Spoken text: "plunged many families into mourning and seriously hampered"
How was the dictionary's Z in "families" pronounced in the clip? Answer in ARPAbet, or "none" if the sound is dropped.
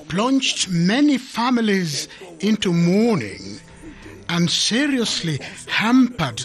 Z